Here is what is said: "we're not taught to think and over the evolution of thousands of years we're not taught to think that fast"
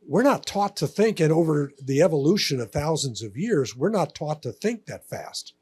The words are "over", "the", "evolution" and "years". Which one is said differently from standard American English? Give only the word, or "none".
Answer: none